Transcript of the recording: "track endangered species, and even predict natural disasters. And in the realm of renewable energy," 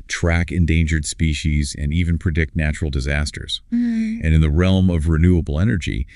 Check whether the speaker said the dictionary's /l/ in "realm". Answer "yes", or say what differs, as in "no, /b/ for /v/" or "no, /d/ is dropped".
yes